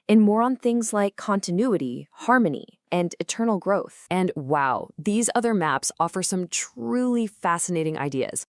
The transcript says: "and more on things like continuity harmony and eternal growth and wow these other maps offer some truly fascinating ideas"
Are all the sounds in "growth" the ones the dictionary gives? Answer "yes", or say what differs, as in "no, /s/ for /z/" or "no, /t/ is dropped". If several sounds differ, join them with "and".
yes